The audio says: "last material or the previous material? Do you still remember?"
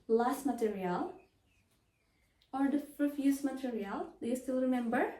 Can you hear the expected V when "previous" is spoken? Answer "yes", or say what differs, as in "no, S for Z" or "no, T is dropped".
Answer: no, F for V